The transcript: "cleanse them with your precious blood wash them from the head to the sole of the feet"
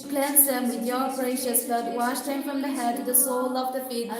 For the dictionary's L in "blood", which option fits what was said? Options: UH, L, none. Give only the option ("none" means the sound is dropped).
none